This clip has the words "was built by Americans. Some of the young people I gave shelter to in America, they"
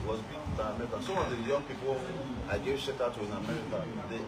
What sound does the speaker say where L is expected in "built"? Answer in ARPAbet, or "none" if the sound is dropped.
none